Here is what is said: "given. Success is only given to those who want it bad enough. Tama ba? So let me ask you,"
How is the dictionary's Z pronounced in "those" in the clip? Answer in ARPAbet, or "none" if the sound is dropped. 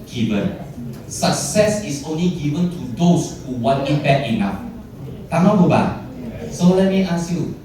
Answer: S